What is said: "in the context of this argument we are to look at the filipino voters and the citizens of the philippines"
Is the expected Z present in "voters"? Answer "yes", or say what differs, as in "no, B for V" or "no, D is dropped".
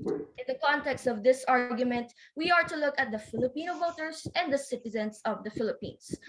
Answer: no, S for Z